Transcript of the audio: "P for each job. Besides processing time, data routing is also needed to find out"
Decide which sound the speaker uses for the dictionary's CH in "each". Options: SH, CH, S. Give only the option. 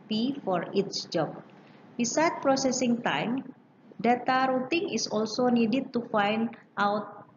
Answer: S